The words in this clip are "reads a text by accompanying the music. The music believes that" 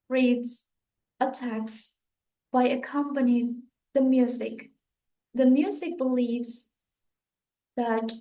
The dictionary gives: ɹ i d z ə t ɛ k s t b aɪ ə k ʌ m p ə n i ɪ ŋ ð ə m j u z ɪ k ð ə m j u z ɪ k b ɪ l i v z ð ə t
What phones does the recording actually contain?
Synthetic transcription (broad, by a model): ɹ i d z ə t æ k s b aɪ ə k ʌ m p ə n i ɪ ŋ ð ə m j u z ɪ k ð ə m j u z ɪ k b ɪ l i v z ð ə t